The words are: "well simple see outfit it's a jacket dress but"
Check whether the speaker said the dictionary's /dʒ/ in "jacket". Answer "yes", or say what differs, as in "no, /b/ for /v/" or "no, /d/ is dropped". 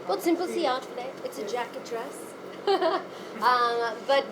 yes